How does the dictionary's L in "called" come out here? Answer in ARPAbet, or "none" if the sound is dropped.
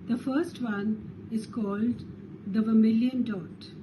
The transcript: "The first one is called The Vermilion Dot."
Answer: L